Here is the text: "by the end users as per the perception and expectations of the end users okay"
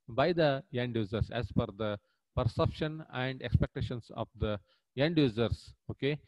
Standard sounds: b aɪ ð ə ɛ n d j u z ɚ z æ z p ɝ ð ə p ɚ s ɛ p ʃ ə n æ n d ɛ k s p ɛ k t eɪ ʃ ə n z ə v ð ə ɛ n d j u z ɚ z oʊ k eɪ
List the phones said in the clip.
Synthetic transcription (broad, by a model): b aɪ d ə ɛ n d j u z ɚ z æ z f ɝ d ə p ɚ s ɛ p ʃ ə n æ n d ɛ k s p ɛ k t eɪ ʃ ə n s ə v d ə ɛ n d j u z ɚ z oʊ k eɪ